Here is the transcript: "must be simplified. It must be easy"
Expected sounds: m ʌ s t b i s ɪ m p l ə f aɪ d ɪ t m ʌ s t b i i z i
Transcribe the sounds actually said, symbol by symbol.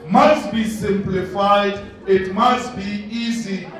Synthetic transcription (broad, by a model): m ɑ s t b i s ɪ m p l ə f aɪ d ɪ t m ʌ s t b i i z i